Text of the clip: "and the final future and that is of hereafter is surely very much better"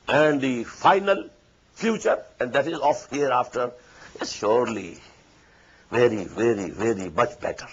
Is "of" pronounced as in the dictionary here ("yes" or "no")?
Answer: no